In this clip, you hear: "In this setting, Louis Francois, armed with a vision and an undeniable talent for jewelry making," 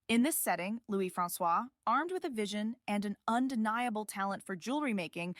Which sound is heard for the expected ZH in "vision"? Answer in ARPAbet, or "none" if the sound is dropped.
ZH